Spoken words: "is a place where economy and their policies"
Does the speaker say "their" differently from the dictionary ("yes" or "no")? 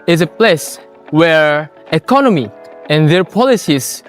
no